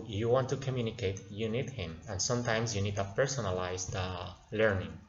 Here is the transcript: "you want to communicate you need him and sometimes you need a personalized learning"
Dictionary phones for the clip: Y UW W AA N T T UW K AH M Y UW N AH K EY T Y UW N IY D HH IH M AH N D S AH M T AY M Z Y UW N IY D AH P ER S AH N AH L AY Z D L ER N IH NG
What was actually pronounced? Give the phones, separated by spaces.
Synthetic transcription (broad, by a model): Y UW W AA N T T UW K AH M Y UW N AH K EY T Y UW N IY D HH IH M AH N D S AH M T AY M S Y UW N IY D AH P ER S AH N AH L AY S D L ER N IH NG